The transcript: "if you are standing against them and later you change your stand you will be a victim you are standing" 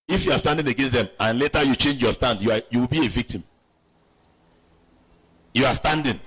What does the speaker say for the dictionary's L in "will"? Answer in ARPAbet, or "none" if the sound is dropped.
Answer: W